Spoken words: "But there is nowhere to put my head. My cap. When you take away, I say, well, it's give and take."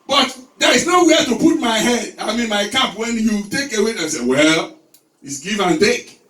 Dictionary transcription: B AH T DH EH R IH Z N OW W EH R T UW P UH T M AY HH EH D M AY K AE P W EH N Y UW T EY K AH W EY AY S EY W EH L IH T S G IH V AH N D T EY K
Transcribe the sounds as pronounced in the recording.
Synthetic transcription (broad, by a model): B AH T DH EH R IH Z N OW W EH T UW P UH T M AY HH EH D M AY K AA P W EH N Y UW T EY K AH W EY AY S EY W EH L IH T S G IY V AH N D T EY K